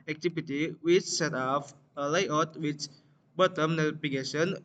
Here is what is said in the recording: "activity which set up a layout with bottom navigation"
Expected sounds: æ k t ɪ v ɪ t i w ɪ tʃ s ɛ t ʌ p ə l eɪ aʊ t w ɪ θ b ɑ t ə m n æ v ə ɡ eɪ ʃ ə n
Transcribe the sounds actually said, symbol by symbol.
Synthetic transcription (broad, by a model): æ k t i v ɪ t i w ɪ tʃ s ɛ t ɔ f ə l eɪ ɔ t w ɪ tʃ b ɑ t ə m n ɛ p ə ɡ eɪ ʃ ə n